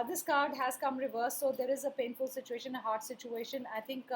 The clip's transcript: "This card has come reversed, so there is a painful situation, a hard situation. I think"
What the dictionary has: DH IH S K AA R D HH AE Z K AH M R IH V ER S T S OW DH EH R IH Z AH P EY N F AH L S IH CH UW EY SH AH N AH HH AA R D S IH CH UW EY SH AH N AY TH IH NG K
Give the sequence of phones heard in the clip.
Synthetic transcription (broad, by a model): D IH S K AA R D HH AE Z K AH M R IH V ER T S OW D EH R IH Z AH P EY N F AH L S IH CH UW EY SH AH N AH HH AA R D S IH CH UW EY SH AH N AY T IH NG K